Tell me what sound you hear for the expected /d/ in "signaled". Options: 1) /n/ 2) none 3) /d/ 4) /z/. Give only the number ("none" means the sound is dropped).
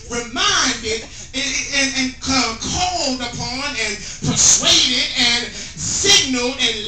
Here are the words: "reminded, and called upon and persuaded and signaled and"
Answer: 2